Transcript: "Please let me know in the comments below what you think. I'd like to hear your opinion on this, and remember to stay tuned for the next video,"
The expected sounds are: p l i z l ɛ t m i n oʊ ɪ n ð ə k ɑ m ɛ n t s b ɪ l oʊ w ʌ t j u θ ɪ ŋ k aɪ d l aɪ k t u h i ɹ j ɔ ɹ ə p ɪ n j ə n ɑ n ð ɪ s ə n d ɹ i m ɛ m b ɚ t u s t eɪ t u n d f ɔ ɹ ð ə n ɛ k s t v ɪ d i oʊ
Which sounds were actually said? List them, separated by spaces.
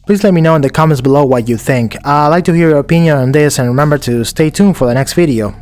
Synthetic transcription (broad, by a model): p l i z l ɛ t m i n oʊ ɪ n ð ə k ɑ m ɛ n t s b ɪ l oʊ w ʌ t j u θ ɪ ŋ k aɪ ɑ l aɪ k t u h i ɹ j ɔ ɹ ə p ɪ n j ə n ɑ n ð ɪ s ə n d ɹ i m ɛ m b ɚ t u s t eɪ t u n f ɔ ɹ ð ə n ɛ k s t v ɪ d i oʊ